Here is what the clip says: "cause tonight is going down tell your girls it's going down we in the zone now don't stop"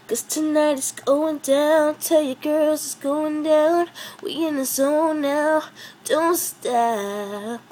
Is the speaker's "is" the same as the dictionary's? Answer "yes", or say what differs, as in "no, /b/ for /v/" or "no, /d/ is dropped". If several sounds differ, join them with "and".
no, /s/ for /z/